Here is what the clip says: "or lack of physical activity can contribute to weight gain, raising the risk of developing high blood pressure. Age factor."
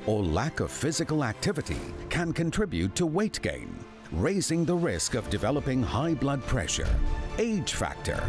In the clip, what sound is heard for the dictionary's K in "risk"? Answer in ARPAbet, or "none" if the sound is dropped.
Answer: K